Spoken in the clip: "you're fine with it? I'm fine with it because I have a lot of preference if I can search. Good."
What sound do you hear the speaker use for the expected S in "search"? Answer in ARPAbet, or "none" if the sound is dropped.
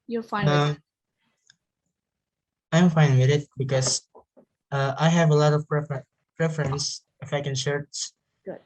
SH